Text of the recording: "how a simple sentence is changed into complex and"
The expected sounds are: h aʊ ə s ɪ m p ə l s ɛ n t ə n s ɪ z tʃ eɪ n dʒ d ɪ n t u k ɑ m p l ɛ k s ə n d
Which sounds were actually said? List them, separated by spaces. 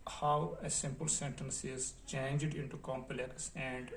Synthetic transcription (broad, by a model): h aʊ ə s ɪ m p ə l s ɛ n t ə n s ɪ z tʃ eɪ n dʒ d ɪ n t u k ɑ m p l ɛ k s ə n d